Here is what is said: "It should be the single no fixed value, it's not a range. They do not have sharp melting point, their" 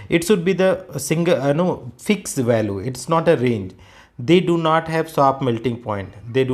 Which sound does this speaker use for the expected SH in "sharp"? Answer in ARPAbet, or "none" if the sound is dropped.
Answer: S